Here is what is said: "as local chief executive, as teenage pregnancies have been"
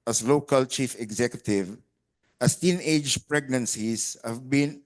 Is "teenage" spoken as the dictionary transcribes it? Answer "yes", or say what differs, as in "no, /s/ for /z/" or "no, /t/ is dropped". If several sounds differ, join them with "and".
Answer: yes